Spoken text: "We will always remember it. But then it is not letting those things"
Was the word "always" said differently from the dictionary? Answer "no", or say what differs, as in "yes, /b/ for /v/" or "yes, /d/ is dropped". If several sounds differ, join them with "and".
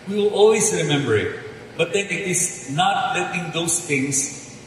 yes, /s/ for /z/